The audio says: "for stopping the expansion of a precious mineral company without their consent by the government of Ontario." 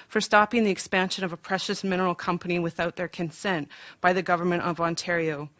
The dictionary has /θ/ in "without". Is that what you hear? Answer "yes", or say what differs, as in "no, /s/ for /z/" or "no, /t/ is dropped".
yes